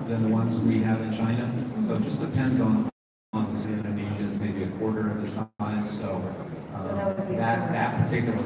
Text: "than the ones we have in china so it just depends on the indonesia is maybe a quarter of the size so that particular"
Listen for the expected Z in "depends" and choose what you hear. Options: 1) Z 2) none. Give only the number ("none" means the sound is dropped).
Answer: 1